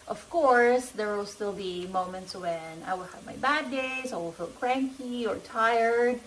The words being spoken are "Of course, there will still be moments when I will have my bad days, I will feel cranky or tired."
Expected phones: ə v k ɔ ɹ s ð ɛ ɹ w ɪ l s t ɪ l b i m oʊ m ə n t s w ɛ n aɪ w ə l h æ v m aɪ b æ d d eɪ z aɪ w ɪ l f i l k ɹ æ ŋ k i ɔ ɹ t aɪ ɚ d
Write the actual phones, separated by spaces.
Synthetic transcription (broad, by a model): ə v k ɔ ɹ s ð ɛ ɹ w ɪ l s t ɪ l b i m oʊ m ə n t s w ɛ n aɪ w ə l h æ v m aɪ b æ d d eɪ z aɪ w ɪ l f i l k ɹ æ ŋ k i ɔ ɹ t aɪ ɚ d